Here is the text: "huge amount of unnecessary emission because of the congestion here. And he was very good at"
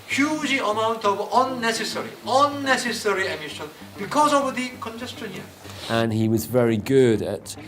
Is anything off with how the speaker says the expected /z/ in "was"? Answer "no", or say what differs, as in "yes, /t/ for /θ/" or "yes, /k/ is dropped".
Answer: no